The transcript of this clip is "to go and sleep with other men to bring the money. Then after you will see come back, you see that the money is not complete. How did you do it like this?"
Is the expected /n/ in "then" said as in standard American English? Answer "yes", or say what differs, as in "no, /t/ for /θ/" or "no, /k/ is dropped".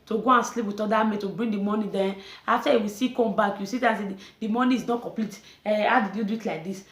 no, /n/ is dropped